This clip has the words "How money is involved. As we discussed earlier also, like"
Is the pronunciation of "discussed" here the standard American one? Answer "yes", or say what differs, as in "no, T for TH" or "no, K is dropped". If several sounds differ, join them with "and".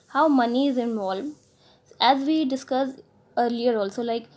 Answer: no, T is dropped